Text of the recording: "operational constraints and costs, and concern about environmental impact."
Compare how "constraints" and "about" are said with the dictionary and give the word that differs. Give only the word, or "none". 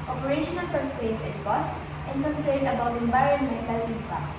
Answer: constraints